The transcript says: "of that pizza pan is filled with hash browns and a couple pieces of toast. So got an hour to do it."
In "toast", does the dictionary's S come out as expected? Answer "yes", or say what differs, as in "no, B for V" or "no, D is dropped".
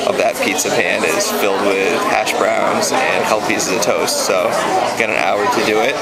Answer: yes